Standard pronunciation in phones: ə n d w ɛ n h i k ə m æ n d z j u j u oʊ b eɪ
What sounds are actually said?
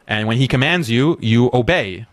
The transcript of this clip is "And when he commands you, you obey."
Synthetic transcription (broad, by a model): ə n w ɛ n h i k ə m æ n d z j u j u oʊ b eɪ